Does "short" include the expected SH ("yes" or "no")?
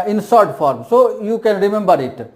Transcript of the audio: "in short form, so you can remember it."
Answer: no